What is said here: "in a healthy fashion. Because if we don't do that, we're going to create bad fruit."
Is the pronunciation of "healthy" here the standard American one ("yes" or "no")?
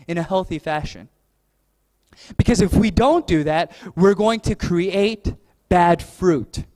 yes